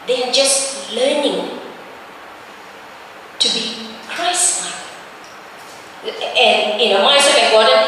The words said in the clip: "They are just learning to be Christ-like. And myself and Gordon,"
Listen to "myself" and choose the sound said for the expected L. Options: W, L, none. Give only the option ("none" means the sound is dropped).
none